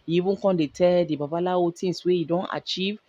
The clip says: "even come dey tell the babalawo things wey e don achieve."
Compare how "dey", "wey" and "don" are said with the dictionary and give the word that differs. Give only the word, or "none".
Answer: none